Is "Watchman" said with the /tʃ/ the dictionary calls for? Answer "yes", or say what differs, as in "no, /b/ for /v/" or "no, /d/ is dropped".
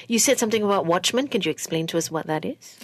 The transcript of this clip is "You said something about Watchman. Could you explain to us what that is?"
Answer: yes